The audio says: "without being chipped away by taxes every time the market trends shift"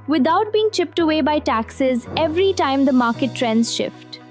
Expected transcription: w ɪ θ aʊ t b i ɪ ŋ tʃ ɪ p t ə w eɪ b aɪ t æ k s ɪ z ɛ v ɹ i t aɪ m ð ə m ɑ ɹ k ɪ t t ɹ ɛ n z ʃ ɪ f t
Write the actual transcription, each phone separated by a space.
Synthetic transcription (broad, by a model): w ɪ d aʊ t b i ɪ ŋ tʃ ɪ p t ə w eɪ b aɪ t æ k s ɪ z ɛ v ɹ i t aɪ m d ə m ɑ ɹ k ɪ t t ɹ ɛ n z ʃ ɪ f t